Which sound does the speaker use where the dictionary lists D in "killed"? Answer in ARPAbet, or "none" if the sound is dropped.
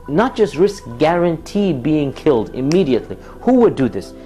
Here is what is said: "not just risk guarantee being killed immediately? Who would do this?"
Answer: D